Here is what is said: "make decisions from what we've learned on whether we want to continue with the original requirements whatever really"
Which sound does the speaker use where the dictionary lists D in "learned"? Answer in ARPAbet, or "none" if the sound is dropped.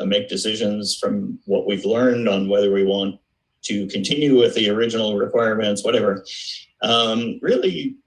D